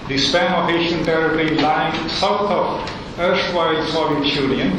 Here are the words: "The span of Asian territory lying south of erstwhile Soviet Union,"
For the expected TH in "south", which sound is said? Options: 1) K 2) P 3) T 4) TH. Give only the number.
3